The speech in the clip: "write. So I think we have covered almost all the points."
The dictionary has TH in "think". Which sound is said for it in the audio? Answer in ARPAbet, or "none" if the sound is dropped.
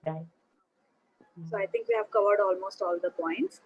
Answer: T